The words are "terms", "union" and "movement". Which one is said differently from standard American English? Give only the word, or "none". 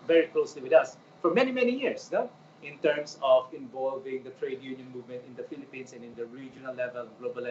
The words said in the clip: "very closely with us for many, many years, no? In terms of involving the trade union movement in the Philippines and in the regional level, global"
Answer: terms